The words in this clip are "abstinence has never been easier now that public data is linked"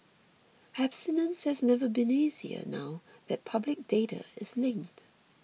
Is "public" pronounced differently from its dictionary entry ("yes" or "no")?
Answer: no